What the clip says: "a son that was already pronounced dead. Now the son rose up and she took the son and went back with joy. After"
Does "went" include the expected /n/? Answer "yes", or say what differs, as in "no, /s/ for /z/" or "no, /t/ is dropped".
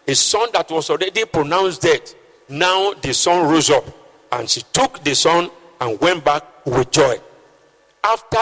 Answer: yes